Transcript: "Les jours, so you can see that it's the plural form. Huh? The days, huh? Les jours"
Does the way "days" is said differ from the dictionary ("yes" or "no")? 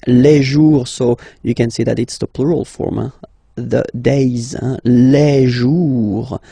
no